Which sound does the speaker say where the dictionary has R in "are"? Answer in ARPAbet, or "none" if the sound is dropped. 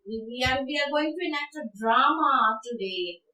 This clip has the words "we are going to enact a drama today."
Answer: W